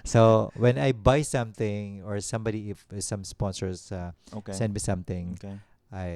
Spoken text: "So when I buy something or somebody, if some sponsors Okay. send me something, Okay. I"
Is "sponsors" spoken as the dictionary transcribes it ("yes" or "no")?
no